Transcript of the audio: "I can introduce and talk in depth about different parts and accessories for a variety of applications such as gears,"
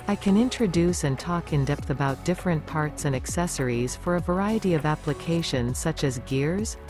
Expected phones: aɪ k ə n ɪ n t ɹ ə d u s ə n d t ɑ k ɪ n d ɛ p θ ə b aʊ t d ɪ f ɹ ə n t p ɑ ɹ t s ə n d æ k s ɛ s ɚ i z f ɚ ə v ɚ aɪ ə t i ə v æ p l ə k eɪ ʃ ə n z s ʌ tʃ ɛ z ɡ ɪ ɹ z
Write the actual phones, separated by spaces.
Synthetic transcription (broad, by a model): aɪ k ə n ɪ n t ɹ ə d u s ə n t ɑ k ɪ n d ɛ p θ ə b aʊ t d ɪ f ɹ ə n p ɑ ɹ t s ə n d æ k s ɛ s ɚ i z f ɚ ə v ɚ aɪ ə t i ə v æ p l ə k eɪ ʃ ə n z s ʌ tʃ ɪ z ɡ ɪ ɹ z